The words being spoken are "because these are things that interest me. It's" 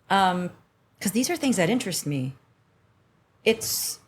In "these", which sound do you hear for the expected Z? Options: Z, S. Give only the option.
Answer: Z